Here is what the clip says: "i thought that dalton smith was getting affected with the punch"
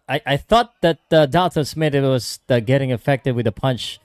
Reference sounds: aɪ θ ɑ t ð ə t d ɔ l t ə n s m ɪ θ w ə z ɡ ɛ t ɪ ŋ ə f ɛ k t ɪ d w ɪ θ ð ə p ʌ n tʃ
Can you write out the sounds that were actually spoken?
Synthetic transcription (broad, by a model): aɪ θ ɑ t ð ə t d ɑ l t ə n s m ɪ t w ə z ɡ ɛ t ɪ ŋ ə f ɛ k t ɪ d w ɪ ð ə p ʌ n tʃ